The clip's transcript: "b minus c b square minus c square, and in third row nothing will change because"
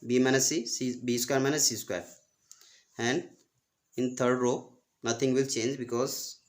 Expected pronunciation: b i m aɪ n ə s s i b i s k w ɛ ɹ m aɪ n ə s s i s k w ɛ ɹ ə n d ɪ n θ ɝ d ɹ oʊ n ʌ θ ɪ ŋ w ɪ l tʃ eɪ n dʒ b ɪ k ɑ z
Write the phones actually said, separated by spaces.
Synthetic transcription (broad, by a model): b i m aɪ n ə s s i b i s k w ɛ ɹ m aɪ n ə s s i s k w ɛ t ə n d ɪ n t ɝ d ɹ oʊ n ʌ t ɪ ŋ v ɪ l tʃ eɪ n dʒ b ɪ k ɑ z